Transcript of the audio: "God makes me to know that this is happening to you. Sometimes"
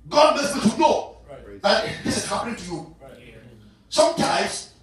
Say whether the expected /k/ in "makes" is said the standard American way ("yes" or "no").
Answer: no